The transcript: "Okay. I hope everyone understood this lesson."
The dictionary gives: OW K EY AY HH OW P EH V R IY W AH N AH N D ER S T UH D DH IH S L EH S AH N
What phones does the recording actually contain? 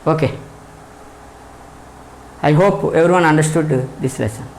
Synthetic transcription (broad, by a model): OW K EY AY HH OW P EH V R IY W AH N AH N D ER S T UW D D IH S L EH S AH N